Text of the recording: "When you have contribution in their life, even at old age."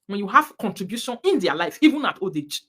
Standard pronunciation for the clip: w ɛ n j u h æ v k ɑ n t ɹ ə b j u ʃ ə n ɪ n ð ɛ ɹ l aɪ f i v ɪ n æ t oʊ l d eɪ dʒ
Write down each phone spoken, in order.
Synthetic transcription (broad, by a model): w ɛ n j u h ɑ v k ɑ n t ɹ ə b j u ʃ ə n ɪ n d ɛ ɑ l aɪ f i v ɪ n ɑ t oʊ d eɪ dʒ